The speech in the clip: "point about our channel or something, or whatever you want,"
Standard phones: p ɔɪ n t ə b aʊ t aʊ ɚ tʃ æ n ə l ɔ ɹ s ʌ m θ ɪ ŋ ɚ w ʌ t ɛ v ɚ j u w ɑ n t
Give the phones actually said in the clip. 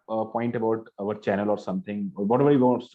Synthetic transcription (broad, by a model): p ɔɪ n t ə b aʊ t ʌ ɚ tʃ æ n ə l ɔ ɹ s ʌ m t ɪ ŋ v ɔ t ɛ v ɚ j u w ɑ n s